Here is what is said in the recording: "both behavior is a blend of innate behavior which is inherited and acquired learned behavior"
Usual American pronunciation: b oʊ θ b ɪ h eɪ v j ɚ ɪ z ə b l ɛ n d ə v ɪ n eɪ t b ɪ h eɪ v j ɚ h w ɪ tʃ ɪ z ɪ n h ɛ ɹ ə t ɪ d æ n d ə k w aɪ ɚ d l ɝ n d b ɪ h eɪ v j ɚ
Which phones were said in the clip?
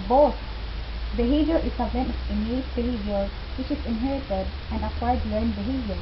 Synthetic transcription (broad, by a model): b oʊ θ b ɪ h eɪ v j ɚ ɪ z ə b n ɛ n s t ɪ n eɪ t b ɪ h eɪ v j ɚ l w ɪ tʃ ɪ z ɪ n h ɛ ɹ ə t ɪ d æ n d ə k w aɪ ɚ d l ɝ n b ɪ h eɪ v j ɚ